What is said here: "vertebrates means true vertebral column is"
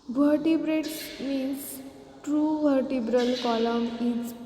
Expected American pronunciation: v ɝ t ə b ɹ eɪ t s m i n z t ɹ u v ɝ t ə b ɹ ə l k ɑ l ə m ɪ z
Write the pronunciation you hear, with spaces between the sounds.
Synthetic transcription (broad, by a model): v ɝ t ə b ɹ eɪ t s m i n s t ɹ u v ɝ t ə b ɹ ə l k ɑ l ə m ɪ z